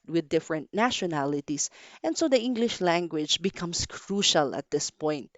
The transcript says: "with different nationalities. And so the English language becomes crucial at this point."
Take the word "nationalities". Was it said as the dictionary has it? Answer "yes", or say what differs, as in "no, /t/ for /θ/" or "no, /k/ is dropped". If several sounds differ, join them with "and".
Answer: no, /s/ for /z/